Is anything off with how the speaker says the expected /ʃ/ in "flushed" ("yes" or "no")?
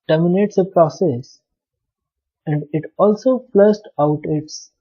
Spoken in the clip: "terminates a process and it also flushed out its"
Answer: yes